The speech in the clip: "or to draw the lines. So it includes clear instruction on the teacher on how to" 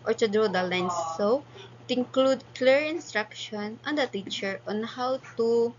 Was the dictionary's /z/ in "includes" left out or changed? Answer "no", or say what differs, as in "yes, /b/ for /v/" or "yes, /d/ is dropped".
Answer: yes, /z/ is dropped